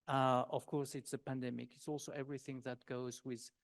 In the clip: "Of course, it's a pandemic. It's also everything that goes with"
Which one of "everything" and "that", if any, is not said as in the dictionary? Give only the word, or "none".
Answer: none